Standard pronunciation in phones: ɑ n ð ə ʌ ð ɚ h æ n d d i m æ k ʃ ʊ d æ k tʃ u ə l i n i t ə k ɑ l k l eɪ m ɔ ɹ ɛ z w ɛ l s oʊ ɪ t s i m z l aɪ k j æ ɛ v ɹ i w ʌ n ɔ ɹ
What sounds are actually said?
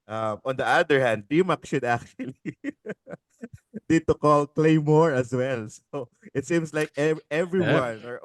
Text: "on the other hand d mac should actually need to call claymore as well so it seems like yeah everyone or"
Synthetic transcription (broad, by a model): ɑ n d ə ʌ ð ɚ h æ n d d i m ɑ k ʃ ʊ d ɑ k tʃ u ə l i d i t ə k ɑ l k l eɪ m ɔ ɹ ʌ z w ɛ l s oʊ ɪ t s i m s l aɪ k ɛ ɛ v ɹ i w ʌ n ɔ ɹ